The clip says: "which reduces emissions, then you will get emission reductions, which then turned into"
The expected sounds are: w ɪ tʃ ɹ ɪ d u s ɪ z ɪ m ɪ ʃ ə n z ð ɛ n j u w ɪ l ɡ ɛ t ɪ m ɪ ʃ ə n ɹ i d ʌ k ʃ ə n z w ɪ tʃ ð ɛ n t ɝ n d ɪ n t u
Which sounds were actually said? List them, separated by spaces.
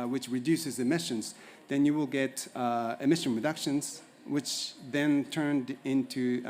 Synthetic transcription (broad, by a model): w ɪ tʃ ɹ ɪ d u s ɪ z ɪ m ɪ ʃ ə n z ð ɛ n j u w ɪ l ɡ ɛ t ɪ m ɪ ʃ ə n ɹ i d ʌ k ʃ ə n z w ɪ tʃ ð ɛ n t ɝ n d ɪ n t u